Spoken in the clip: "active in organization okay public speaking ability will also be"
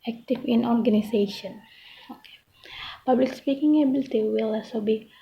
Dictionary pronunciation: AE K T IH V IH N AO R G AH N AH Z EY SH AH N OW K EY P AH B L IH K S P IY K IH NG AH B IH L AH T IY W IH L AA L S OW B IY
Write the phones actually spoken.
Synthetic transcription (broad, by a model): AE K T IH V IH N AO R G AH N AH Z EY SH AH N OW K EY P AH B L IH K S P IY K IH NG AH B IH L T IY W IH L AA L S OW B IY